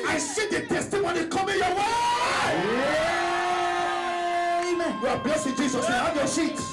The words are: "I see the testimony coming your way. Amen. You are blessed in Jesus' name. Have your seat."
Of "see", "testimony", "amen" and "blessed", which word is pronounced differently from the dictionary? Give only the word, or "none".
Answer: blessed